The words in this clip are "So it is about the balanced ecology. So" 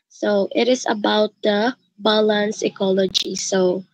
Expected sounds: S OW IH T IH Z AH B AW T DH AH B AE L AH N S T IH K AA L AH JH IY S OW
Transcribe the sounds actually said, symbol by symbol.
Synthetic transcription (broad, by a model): S OW IH T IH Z AH B AW T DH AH B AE L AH N S IH K AA L AH JH IY S OW